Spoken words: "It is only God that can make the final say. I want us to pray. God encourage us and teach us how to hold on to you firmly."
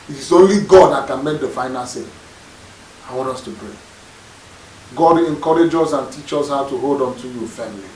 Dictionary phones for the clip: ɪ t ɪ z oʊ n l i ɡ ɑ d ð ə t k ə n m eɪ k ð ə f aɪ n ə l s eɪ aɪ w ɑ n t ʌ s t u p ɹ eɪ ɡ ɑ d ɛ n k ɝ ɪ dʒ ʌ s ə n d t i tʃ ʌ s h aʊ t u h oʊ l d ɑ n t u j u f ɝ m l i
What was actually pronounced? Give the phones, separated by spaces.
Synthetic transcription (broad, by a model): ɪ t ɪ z oʊ n l i ɡ ɑ d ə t k ə n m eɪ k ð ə f aɪ n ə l s eɪ aɪ w ɑ n t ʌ s t u p ɹ eɪ ɡ ɑ d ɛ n k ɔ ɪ dʒ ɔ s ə n t i tʃ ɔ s h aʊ t u h oʊ l d ɑ n t u j u f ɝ m l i